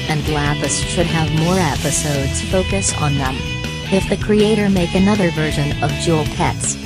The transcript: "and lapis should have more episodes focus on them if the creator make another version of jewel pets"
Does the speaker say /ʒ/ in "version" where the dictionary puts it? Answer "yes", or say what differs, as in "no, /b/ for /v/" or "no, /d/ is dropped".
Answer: yes